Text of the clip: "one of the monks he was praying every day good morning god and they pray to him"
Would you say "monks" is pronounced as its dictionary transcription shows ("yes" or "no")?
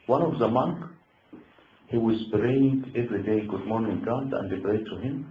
no